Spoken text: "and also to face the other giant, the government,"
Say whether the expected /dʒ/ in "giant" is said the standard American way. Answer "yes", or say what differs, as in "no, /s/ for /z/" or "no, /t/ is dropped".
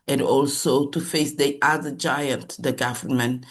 yes